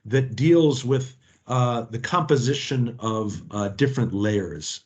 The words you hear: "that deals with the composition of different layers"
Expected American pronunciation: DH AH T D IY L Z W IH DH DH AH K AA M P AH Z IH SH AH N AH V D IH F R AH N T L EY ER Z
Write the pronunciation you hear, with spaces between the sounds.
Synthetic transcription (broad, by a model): DH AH T D IY L Z W IH DH DH AH K AA M P AH Z IH SH AH N AH V D IH F R AH N T L EY ER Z